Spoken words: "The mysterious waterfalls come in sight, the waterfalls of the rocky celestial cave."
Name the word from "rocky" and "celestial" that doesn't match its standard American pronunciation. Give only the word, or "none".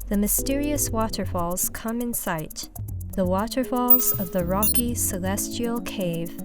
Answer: none